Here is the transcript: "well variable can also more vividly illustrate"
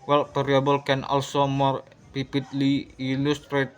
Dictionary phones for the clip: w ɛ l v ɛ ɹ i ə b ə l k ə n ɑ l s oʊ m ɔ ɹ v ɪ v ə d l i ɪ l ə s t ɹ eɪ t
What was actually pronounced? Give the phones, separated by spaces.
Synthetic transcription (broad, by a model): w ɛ l p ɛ ɹ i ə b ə l k ə n ɑ l s oʊ m ɔ ɹ p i p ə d l i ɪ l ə s t ɹ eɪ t